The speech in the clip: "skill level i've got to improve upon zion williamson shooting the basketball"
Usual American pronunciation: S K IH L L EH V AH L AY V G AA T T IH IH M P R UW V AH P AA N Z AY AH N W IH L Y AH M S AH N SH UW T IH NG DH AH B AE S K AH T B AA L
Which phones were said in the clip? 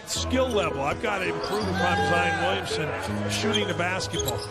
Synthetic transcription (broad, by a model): S K IH L L EH V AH L AY V G AA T T IH IH M P R UW V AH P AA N Z AY AH N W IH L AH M S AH N SH UW T IH NG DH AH B AE S K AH T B AA L